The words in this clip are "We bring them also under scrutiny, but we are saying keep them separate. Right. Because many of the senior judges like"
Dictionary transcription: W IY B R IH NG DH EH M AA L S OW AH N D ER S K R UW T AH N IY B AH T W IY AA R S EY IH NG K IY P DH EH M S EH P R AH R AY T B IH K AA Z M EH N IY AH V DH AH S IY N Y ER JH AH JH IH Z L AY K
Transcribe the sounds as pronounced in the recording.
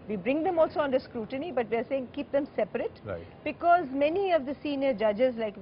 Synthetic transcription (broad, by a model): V IY B R IH NG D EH M AA L S OW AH N D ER S K R UW T AH N IY B AH T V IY AA R S EY IH NG K IY P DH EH M S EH P AH R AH T B IH K AA Z M EH N IY AH V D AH S IY N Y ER JH AH JH IH Z L AY K